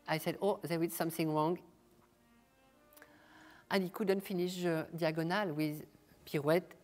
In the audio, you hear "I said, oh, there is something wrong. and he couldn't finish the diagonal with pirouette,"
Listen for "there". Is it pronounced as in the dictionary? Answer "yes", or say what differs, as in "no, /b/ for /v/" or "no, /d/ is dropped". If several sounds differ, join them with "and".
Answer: no, /w/ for /ɹ/